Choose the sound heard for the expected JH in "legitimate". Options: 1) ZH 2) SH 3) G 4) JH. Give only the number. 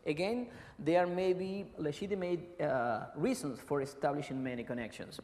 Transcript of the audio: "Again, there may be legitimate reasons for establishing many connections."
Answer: 2